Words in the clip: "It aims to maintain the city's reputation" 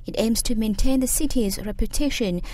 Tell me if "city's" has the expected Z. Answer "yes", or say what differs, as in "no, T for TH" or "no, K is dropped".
yes